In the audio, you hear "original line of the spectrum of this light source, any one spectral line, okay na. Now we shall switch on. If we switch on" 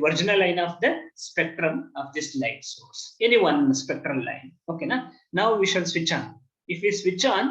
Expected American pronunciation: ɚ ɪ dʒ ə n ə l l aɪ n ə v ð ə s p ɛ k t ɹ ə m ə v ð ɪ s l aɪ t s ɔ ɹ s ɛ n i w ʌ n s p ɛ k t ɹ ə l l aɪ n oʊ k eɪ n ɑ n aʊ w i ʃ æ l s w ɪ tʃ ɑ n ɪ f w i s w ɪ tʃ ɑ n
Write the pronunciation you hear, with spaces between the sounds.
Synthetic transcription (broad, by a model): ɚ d dʒ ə n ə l l aɪ n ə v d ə s p ɛ k t ɹ ə m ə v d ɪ s l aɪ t s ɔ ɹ s ɛ n i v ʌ n s p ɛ k t ɹ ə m l aɪ n oʊ k eɪ n ɑ n aʊ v i ʃ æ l s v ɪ tʃ ɑ n ɪ f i s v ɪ tʃ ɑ n